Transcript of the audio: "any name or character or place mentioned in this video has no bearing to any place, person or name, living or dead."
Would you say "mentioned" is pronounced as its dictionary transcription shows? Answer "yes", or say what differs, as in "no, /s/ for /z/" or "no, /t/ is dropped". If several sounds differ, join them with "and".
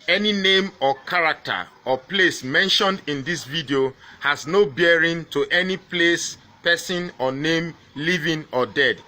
yes